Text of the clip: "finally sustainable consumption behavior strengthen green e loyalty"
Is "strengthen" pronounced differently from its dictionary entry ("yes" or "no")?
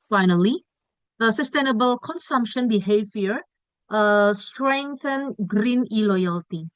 no